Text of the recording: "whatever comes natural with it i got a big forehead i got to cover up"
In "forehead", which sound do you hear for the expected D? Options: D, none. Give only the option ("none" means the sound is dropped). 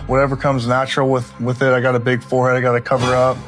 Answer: D